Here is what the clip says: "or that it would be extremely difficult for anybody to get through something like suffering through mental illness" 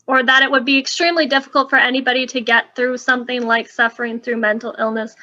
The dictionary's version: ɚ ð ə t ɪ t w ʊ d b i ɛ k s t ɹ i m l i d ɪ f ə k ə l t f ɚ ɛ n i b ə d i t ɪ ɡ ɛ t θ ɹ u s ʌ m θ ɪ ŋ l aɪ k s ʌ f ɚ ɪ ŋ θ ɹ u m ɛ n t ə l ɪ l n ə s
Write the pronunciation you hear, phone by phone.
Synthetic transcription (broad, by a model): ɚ ð ə t ɪ t w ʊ d b i ɛ k s t ɹ i m l i d ɪ f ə k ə l t f ɚ ɛ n i b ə d i t ɪ ɡ ɛ t θ ɹ u s ʌ m θ ɪ ŋ l aɪ k s ʌ f ɚ ɪ ŋ θ ɹ u m ɛ n t l ɪ l n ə s